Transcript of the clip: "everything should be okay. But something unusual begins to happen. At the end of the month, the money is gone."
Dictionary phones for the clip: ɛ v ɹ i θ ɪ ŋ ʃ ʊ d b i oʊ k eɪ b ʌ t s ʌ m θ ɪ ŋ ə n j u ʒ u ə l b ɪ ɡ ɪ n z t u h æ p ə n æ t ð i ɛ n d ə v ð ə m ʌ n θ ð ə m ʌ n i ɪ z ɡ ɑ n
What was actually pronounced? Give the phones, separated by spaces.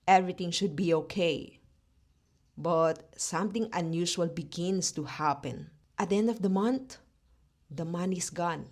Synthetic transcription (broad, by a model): ɛ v ɹ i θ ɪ ŋ ʃ ʊ d b i oʊ k eɪ b ʌ t s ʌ m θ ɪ ŋ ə n j u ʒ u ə l b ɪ ɡ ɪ n s t u h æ p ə n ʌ t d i ɛ n d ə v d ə m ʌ n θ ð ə m ʌ n i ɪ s ɡ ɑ n